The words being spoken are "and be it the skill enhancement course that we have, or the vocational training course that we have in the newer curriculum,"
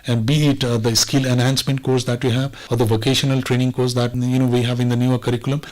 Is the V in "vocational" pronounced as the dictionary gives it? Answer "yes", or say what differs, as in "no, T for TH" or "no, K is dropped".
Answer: yes